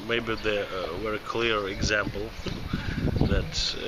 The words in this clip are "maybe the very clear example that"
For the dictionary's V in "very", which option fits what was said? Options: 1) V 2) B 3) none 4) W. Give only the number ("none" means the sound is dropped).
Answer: 4